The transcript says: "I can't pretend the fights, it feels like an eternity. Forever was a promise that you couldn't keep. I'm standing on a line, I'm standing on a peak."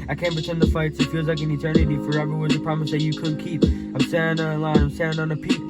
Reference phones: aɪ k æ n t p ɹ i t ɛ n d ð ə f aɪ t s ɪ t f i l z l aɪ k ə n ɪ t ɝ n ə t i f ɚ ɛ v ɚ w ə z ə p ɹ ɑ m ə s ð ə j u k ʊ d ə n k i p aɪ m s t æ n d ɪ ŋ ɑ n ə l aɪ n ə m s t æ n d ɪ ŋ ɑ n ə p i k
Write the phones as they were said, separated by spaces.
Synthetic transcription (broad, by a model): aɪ k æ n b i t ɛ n ð ə f aɪ t s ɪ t f i l z l aɪ k ə n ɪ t ɝ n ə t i f ɚ ɛ v ɚ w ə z ə p ɹ ɑ m ə s ð ə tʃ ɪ k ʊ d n k i p aɪ m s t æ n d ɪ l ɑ ə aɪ ə m s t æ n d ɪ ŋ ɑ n ə p i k